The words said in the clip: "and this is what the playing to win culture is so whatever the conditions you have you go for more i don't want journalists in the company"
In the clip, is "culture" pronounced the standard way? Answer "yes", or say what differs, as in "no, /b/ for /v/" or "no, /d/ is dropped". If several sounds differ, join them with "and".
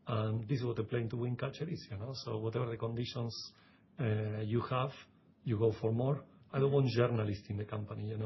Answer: no, /l/ is dropped